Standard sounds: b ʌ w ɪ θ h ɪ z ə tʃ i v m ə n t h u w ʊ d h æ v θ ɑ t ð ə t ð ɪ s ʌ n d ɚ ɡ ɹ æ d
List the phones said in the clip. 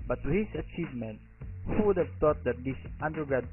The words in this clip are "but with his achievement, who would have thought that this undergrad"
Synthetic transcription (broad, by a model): b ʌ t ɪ h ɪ s ə tʃ i v m ə n t h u w ʊ d h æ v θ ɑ t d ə t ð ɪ s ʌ n d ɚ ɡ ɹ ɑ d